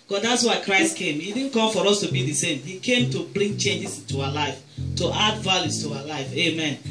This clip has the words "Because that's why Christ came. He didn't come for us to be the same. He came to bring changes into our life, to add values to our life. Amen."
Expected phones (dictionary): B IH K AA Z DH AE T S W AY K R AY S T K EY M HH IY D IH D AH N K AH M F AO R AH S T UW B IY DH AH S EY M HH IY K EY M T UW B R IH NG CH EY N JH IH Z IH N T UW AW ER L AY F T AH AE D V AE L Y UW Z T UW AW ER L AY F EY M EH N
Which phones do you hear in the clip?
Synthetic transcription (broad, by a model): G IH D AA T S W AY K R AY S T K EY M HH IY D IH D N K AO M F AO R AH S T UW B IY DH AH S EY M HH IY K EY M T UW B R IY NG CH EY N JH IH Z IH N T UW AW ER L AY F T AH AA D V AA L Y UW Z T UW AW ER L AY F EY M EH N